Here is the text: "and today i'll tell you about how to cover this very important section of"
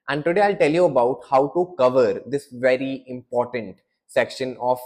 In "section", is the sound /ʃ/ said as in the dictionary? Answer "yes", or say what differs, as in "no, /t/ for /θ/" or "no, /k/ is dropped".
yes